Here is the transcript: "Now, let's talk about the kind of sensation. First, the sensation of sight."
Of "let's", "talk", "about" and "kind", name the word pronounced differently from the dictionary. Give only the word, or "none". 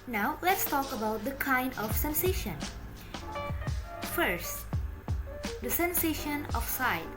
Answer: none